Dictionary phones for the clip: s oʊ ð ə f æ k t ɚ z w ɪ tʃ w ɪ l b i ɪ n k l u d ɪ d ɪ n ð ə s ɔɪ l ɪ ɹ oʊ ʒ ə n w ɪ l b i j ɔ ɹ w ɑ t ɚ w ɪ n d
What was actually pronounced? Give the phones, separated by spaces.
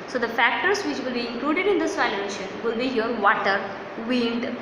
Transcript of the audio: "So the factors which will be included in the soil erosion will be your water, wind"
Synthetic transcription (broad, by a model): s oʊ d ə f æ k t ɚ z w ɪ tʃ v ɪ l b i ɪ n k l u d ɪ d ɪ n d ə s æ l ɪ ɛ ʃ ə n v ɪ l b i j ɔ ɹ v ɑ t ɚ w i n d